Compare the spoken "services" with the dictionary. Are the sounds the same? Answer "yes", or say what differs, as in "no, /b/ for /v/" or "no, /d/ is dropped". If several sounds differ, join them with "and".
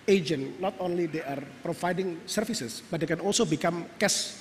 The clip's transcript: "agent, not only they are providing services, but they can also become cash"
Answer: no, /f/ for /v/ and /s/ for /z/